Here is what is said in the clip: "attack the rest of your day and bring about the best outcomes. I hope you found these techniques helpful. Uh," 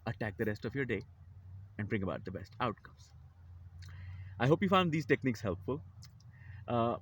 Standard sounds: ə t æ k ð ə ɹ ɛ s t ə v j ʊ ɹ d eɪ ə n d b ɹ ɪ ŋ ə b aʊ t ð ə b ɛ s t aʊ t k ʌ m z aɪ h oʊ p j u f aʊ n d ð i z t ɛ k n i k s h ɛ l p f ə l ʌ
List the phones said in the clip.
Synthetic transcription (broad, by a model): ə t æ k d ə ɹ ɛ s t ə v j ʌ ɹ d eɪ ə n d b ɹ ɪ ŋ ə b aʊ t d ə b ɛ s t aʊ t k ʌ m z aɪ h oʊ p j u f aʊ n d i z t ɛ k n i k s h ɛ l p f ə l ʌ